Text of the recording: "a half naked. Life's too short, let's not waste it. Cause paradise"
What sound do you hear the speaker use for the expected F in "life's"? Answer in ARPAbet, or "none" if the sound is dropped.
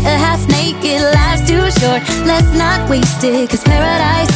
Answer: none